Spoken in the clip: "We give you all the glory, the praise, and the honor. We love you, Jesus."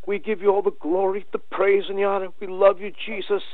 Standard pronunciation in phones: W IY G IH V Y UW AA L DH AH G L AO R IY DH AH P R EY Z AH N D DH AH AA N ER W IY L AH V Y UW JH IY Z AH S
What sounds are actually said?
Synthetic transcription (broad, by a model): W IY G IH V Y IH AA L DH AH G L AO R IY DH AH P R EY Z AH N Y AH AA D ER W IY L AH V Y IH JH IY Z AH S